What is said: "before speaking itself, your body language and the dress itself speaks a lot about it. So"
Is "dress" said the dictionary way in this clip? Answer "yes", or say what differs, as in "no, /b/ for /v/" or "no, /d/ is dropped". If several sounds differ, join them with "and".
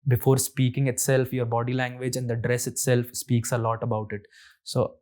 yes